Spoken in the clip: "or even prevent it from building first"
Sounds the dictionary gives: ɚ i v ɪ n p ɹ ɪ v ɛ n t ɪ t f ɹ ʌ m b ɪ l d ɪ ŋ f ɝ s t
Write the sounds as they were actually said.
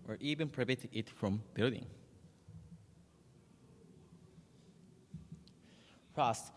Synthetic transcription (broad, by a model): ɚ i v ɪ n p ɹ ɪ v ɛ t ɪ t f ɹ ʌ m b ɪ l d ɪ ŋ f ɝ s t